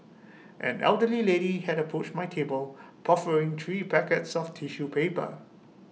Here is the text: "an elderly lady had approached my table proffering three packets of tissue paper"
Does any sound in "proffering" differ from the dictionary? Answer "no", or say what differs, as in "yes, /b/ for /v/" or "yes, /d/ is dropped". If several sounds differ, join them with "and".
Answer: yes, /ɹ/ is dropped